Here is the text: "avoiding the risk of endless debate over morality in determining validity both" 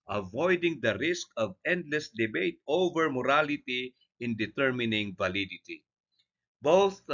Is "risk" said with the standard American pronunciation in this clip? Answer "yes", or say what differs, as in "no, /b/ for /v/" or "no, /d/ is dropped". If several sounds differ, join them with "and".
yes